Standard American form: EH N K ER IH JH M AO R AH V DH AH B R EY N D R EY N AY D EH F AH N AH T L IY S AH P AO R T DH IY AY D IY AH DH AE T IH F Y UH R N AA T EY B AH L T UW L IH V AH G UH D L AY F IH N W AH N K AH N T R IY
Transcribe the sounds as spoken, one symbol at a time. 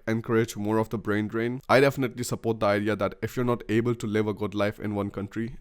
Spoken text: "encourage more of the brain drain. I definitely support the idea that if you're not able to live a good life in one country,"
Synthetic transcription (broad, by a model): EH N K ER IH JH M AO R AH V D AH B R EY N D R EY N AY D EH F AH N AH T L IY S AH P AO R T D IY AY D IY AH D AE T IH F Y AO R N AA T EY B AH L T UW L IH V AH G UH D L AY F IH N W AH N K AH N T R IY